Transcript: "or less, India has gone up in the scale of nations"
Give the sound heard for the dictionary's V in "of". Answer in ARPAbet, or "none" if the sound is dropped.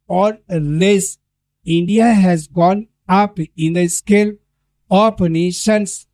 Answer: P